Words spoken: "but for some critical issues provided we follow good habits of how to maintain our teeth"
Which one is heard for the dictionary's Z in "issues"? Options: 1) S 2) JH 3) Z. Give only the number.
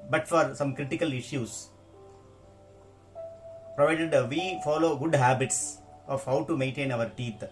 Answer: 1